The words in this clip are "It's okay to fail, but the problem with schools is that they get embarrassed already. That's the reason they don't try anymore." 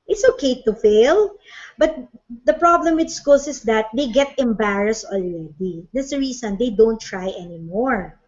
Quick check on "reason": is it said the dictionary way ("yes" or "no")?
no